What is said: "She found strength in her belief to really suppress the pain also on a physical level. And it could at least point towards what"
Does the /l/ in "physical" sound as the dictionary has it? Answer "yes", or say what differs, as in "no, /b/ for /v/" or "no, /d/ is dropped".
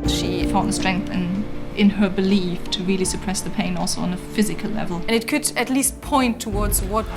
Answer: yes